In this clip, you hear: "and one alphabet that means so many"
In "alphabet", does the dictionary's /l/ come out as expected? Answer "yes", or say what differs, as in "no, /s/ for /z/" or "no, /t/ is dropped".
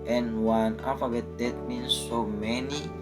no, /l/ is dropped